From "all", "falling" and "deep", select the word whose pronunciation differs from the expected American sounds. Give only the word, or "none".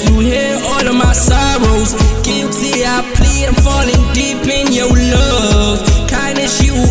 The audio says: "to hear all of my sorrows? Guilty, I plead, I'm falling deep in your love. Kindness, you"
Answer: none